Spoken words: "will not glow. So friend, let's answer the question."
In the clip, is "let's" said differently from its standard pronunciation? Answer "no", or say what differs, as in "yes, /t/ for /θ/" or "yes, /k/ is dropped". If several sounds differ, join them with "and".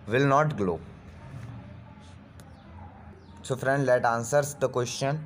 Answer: yes, /s/ is dropped